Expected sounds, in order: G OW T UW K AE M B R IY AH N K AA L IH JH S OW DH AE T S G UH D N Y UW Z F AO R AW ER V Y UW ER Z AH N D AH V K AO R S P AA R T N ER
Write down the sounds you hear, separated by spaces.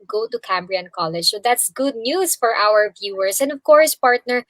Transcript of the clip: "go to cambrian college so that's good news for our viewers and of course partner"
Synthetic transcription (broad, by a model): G OW T UW K AE M B R IY AH N K AA L IH JH S OW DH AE T S G UH D N Y UW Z F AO R AW ER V Y UW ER S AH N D AH V K AO R S P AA R T N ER